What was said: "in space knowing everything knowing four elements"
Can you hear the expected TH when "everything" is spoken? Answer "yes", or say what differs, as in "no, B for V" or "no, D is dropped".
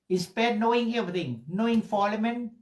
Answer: no, T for TH